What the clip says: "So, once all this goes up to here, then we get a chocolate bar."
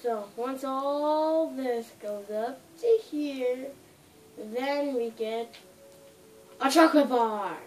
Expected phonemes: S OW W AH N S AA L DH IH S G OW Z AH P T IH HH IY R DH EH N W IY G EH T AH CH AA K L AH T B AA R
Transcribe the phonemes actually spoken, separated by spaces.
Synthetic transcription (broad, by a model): S OW W AH N S AA L DH IH S G OW Z AH P T IH HH IY R DH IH N W IY G EH T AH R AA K AH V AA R